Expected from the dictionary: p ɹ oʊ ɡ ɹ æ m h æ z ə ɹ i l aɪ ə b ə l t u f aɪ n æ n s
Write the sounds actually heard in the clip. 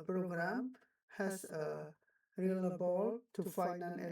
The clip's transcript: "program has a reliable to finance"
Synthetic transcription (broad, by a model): p ɹ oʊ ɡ ɹ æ m h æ s ə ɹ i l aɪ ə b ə l t u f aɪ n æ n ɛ